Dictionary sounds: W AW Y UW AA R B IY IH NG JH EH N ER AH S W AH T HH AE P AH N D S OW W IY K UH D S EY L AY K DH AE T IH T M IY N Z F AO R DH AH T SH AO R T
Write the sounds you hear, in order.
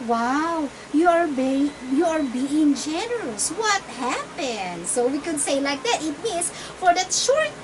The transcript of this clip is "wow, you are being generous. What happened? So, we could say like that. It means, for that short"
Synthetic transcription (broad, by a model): W AW Y UW AA R B IY IH NG JH EH N ER AH S W AH T HH AE P AH N D S OW W IY K UH D S EY L AY K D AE T IH T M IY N S F AO R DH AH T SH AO R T